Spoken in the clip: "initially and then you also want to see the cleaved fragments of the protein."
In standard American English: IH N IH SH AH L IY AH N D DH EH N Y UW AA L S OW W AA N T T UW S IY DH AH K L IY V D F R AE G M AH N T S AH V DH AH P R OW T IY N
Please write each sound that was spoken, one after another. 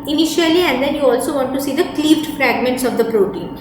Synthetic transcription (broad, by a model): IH N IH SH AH L IY AH N D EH N Y UW AA L S OW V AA N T T UW S IY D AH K L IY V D F R AE G M AH N T S AH V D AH P R OW T IY N